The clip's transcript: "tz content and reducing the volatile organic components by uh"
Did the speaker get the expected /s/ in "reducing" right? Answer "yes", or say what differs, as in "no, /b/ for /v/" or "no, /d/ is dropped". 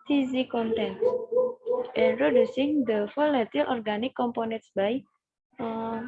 yes